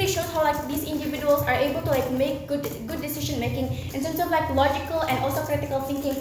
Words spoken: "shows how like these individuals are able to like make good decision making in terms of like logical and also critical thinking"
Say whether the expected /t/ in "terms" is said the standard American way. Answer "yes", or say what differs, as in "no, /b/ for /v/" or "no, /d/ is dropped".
no, /s/ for /t/